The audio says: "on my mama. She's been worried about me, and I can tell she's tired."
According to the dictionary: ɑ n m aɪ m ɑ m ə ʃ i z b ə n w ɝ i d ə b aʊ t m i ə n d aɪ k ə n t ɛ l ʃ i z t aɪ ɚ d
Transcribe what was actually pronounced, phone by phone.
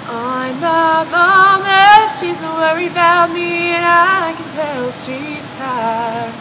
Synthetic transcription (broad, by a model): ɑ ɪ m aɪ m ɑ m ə ʃ i z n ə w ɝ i ə b aʊ t m i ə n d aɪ k ə n t ɛ l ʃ i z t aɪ